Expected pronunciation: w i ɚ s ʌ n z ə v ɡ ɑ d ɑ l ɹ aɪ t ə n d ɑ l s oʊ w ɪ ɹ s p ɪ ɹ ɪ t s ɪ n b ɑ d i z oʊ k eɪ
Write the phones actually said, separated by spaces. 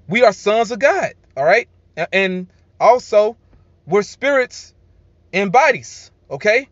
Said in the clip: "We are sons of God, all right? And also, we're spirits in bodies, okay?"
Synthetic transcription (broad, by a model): w i ɚ s ʌ n z ə v ɡ ɑ d ɑ l ɹ aɪ t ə n ɑ l s oʊ w ɪ ɹ s p ɪ ɹ ɪ t s ɪ n b ɑ d i z oʊ k eɪ